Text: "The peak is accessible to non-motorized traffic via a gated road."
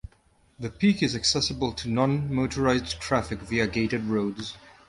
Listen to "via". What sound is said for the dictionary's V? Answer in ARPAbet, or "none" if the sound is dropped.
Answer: V